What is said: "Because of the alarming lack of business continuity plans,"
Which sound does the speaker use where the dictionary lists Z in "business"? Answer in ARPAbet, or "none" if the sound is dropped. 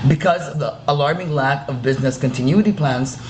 Z